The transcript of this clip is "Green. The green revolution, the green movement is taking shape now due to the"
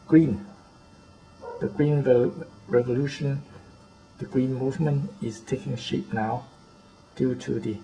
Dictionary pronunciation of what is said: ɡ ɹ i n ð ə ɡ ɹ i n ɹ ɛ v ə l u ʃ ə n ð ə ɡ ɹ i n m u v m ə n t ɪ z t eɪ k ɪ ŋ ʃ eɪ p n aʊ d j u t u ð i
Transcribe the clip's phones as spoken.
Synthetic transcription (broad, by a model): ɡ ɹ i n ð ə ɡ ɹ i n ɹ ɛ v ə l u ʃ ə n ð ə ɡ ɹ i n m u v m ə n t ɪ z t eɪ k ɪ ŋ ʃ eɪ p n aʊ d j u t u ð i